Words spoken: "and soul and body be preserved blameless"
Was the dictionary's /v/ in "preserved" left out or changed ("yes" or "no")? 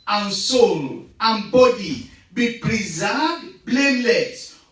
yes